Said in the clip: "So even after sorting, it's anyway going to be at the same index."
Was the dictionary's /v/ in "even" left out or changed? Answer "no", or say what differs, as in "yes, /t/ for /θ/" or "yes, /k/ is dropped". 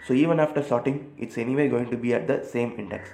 no